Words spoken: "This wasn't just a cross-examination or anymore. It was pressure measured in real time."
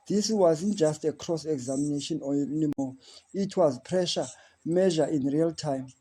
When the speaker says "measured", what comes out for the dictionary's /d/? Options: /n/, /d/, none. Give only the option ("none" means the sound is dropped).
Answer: none